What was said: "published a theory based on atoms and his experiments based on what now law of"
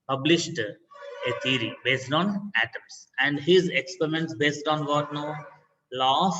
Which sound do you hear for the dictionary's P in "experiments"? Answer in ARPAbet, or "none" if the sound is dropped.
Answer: P